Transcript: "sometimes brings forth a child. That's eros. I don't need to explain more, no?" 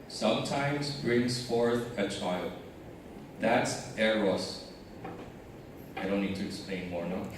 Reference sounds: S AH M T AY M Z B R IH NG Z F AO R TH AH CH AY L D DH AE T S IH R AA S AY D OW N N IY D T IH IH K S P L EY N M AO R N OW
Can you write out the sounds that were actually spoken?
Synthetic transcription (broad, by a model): S AH M T AY M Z B R IH NG Z F AO R TH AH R AY L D DH AE T S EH R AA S AY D OW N N IY D T IH IH K S P L EY N M AO R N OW